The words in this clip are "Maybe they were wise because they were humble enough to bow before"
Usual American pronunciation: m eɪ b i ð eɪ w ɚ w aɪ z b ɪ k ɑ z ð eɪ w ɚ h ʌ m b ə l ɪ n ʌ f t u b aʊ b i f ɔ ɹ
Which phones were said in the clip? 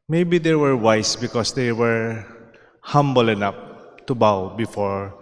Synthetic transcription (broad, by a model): m eɪ b i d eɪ w ɚ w aɪ s b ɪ k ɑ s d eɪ w ɚ h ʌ m b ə l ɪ n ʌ p t u b aʊ b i f ɔ ɹ